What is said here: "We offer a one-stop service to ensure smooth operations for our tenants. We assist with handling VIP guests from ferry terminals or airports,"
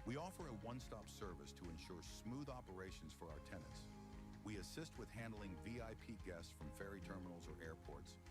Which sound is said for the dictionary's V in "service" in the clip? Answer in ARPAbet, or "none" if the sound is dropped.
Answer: V